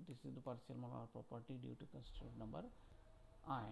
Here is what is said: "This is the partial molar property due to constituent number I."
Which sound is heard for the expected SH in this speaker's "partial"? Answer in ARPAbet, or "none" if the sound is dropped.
S